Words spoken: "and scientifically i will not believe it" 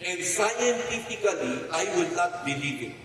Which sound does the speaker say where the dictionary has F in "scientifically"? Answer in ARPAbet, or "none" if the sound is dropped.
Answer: P